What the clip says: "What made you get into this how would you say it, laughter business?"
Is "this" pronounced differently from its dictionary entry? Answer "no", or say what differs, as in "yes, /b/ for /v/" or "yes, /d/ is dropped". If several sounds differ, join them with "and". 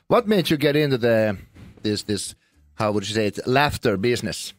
no